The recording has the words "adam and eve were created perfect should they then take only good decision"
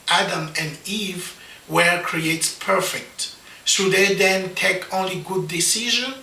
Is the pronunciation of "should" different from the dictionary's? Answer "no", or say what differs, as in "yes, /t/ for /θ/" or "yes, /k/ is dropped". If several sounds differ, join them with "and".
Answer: yes, /s/ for /ʃ/